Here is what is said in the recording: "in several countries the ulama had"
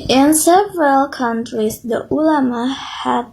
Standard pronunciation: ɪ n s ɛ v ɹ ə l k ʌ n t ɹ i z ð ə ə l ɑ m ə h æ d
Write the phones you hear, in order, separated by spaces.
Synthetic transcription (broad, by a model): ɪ n s ɛ v ɹ ə l k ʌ n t ɹ i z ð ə ə l ɑ m ə h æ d